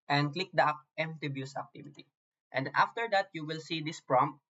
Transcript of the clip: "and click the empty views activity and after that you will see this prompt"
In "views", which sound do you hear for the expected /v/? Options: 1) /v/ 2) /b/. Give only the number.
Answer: 2